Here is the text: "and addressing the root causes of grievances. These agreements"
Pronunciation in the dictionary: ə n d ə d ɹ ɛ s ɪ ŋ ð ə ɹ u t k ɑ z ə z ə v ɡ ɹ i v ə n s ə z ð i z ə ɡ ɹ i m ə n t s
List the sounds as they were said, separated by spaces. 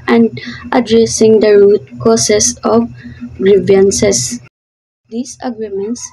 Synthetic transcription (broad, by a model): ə n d ə d ɹ ɛ s ɪ ŋ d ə ɹ u t k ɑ s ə s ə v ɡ ɹ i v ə n s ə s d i s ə ɡ ɹ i m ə n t s